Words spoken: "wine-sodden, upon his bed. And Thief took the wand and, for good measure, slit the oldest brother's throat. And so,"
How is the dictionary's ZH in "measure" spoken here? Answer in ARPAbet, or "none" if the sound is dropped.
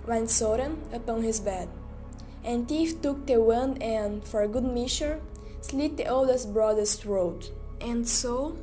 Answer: SH